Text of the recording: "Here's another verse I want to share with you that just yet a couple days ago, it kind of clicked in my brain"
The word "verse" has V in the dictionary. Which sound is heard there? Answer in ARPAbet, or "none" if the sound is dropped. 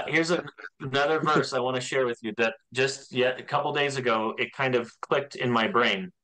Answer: V